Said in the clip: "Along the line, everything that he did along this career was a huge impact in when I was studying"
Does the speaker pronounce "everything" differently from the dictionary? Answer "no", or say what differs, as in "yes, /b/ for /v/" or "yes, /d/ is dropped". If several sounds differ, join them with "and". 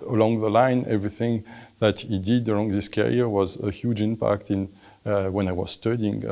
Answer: no